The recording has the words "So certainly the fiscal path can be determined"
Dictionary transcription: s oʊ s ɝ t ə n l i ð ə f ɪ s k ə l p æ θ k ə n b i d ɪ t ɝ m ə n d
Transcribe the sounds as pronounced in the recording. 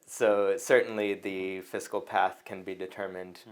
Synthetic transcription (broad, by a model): s oʊ s ɝ t n l i ð ə f ɪ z k l p æ θ k ə n b i d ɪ t ɝ m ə n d